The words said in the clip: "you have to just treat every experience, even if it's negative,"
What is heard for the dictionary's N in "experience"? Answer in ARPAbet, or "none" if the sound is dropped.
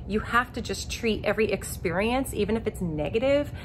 N